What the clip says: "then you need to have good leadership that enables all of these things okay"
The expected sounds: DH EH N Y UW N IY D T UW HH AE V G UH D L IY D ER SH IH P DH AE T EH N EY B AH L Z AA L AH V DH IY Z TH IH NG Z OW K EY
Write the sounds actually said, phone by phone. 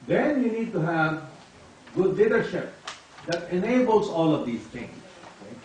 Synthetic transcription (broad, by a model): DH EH N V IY N IY D T UW HH AE V G UH D L IY D ER SH IH P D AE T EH N EY B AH L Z AA L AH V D IY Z T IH NG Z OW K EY